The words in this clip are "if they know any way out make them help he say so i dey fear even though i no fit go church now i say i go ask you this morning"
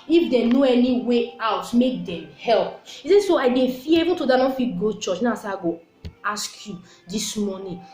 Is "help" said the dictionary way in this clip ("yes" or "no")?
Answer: yes